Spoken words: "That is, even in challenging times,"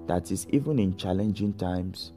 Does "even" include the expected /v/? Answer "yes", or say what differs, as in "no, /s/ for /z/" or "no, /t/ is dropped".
yes